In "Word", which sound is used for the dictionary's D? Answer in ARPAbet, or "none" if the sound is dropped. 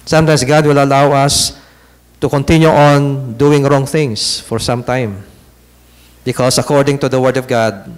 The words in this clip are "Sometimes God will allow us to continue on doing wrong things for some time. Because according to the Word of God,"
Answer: D